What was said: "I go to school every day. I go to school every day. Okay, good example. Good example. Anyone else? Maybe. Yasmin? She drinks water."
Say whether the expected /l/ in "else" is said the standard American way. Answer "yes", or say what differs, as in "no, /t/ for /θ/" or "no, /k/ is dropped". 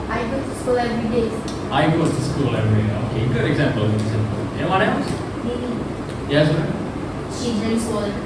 no, /l/ is dropped